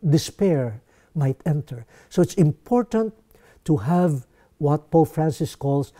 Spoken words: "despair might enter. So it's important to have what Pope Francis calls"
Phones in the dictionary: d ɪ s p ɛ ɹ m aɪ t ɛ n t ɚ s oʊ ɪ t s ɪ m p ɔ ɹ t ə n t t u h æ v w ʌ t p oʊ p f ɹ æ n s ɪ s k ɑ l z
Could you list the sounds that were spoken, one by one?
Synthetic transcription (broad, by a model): d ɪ s p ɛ ɹ m aɪ t ɛ n t ɚ s oʊ ɪ t s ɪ m p ɔ ɹ t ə n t t u h æ v w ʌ t p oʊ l f ɹ æ n s ɪ s k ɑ l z